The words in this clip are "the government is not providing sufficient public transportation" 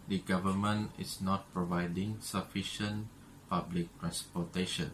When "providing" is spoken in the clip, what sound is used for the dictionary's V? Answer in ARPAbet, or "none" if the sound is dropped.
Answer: V